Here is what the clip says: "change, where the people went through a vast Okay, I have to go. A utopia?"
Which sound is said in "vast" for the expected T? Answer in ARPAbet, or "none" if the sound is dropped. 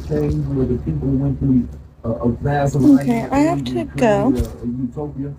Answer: none